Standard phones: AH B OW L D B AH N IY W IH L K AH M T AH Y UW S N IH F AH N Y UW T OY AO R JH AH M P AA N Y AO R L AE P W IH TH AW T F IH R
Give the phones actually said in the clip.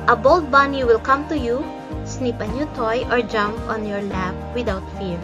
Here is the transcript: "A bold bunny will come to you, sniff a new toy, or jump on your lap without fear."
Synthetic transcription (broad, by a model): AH B OW L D B AH N IY W IH L K AH M T AH Y UW S N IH P AH N Y UW T OY AO R JH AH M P AA N Y AO R L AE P W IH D AW T F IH R